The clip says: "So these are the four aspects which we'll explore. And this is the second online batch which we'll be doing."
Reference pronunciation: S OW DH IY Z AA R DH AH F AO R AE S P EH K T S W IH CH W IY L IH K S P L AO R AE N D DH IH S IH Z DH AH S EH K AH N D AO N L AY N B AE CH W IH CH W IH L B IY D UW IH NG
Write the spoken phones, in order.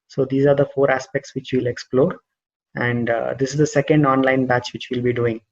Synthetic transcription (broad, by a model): S OW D IY Z AA R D AH F AO R AE S P EH K T S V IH CH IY L IH K S P L AO R AE N D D IH S IH Z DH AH S EH K AH N D AO N L AY N B AE CH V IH CH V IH L B IY D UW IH NG